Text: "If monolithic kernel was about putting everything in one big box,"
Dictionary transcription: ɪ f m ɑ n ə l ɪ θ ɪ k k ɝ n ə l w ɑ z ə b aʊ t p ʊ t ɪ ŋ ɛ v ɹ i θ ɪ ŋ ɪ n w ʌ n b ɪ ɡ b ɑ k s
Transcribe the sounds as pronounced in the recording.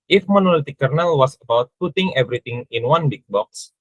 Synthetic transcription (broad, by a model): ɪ f m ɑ n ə l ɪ t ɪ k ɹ n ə l w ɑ s ə b aʊ t p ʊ t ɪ ŋ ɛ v ɹ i t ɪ ŋ ɪ n w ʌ n b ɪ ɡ b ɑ k s